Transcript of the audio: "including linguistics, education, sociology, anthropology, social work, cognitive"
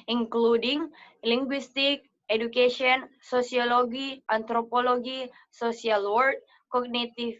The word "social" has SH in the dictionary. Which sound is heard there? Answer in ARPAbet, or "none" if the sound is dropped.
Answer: S